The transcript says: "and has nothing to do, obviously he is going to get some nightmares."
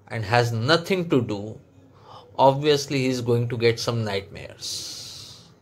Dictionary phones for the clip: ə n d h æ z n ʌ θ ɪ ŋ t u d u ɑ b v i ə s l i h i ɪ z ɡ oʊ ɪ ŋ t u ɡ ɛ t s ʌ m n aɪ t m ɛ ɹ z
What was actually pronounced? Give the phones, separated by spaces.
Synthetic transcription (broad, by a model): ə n d h æ z n ʌ t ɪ ŋ t u d u ɑ b v i ə s l i h i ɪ z ɡ oʊ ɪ ŋ t u ɡ ɛ t s ʌ m n aɪ t m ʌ ɹ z